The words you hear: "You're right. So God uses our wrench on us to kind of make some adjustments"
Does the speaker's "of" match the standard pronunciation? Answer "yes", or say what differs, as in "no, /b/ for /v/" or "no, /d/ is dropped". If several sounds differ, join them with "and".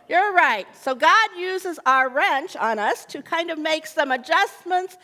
yes